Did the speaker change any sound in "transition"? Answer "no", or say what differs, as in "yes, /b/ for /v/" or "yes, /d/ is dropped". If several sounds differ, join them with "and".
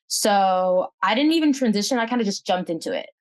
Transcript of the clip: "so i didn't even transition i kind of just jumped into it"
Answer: no